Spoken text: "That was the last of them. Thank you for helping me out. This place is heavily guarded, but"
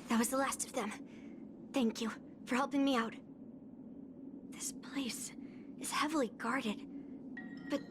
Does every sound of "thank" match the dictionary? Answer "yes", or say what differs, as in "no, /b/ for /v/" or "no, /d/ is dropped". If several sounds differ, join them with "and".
yes